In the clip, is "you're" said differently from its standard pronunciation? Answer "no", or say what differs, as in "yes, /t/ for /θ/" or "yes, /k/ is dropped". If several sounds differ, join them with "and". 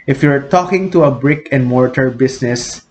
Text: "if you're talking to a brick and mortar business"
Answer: no